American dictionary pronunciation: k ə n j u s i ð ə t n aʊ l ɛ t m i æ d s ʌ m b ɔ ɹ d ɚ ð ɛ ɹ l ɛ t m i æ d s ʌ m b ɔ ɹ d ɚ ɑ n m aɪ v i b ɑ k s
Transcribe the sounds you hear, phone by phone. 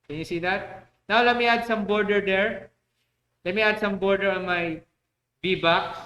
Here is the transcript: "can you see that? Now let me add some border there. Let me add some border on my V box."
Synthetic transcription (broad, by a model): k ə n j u s i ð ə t n aʊ l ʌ m i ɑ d s ʌ m b ɔ ɹ d ɚ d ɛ ɹ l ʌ m i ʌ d s ʌ m b ɔ ɹ d ɚ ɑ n m aɪ b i b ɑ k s